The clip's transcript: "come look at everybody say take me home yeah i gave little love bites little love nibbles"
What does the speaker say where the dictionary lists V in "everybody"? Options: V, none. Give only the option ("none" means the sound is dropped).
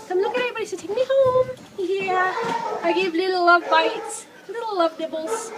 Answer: none